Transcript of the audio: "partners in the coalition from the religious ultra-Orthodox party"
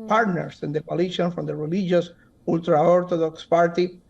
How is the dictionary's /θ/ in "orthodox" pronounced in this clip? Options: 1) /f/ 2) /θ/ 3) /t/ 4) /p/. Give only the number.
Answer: 3